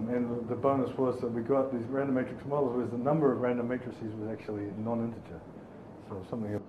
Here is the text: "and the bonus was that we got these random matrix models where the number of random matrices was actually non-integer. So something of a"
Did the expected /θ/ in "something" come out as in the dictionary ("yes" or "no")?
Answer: yes